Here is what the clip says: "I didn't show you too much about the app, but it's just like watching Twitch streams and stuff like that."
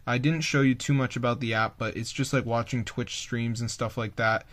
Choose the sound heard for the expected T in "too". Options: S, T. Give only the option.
T